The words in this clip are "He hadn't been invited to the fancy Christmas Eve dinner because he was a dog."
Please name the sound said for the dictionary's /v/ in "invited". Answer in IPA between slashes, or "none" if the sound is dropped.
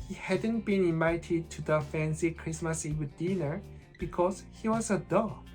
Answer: none